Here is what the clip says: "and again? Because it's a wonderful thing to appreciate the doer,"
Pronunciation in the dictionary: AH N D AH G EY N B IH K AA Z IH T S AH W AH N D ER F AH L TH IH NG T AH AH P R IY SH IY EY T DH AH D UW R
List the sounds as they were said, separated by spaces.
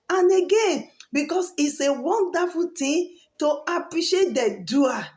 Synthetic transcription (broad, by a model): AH N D AH G EY N B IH K AA S IH T S AH W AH N D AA F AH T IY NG T AH AH P R IY SH IY EY T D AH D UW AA